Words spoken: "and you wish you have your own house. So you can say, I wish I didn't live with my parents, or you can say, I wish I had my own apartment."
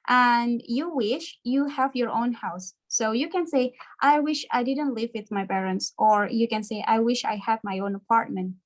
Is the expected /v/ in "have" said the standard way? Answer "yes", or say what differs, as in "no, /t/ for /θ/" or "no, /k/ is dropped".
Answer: yes